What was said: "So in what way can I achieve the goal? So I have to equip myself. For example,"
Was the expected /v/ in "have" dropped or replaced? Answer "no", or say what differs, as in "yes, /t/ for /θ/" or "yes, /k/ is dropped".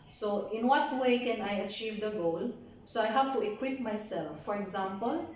yes, /f/ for /v/